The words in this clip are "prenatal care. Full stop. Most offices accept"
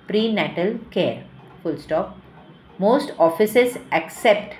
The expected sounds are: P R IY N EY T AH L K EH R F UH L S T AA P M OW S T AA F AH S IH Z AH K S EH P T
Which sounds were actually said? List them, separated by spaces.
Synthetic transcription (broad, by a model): P R IY N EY T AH L K EH R F UH L S T AA P M OW S T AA F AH S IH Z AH K S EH P T